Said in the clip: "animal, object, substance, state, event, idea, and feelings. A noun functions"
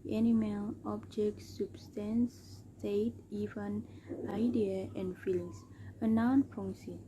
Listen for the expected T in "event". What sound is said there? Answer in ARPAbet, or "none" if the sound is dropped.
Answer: none